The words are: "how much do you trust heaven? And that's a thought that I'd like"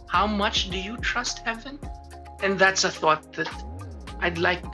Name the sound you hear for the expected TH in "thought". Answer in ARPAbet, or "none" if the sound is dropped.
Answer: TH